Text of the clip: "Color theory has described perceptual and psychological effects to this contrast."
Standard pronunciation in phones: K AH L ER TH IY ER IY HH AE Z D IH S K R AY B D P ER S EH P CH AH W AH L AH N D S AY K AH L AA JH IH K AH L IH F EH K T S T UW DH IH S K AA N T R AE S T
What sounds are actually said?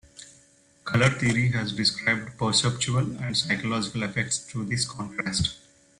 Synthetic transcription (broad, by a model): K AH L ER T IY ER IY HH AE Z D IH S K R AY B D P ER S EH P CH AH AH L AH N D S AY K AH L AA JH IH K AH L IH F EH K T S T UW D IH S K AA N T R AE S T